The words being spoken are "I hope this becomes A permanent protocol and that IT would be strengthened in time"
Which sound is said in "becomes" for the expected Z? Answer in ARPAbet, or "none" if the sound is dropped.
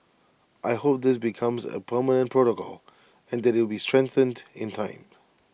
Z